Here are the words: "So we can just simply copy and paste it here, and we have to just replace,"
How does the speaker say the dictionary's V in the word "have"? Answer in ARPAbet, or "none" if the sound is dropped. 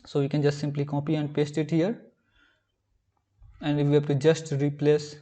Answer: B